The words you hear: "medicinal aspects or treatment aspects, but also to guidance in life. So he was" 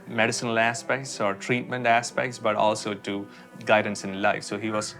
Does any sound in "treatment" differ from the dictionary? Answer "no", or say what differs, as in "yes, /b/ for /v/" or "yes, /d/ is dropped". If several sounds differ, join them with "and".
no